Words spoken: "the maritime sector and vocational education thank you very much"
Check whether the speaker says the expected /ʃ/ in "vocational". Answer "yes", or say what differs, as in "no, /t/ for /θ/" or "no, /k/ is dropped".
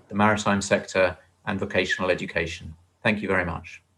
yes